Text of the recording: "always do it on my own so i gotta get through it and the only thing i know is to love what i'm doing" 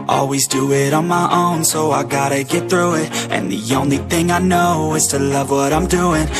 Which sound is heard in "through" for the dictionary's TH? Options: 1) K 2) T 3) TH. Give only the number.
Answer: 3